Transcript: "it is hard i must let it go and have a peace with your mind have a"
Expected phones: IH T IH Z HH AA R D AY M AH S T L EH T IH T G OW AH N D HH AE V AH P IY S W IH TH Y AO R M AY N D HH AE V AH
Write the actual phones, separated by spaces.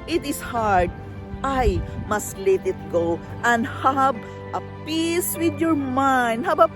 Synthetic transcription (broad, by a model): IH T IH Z HH AA R D AY M AH S T L EH T IH T G OW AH N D HH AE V AH P IY S W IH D Y AO R M AY N D HH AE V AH